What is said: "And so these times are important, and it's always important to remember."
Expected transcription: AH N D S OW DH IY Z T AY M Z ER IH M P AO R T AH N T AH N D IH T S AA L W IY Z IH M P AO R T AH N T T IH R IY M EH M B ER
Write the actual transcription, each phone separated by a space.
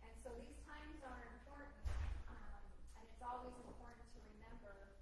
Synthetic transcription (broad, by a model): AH N S OW DH IY Z T AY M Z ER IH M P AO R T N T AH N IH T S AA L W IY Z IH M P AO R T N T T IH R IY M EH M B ER